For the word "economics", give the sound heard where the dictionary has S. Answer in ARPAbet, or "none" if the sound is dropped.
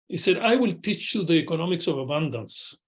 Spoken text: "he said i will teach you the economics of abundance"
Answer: S